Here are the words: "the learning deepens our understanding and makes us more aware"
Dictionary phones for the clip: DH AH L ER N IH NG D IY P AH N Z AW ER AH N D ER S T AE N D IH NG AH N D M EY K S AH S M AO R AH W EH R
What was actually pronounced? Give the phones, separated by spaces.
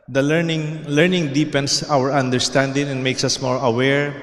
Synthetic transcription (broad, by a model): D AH L ER N IH NG D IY P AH N S AW ER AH N D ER S T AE N D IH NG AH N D M EY K S AH S M AO R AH W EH R